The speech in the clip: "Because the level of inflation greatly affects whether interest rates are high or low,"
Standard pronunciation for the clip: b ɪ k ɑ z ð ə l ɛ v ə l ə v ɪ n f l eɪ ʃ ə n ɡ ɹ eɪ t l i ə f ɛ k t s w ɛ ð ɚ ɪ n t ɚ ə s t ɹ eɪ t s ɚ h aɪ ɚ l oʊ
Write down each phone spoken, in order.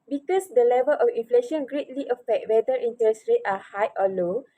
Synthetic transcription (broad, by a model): b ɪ k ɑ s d ə l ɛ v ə l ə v ɪ n f l eɪ ʃ ə n ɡ ɹ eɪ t l i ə f ɛ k t w ɛ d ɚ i n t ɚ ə s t ɹ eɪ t ɑ h aɪ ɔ l oʊ